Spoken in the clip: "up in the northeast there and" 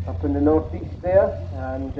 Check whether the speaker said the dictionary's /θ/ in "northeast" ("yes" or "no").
yes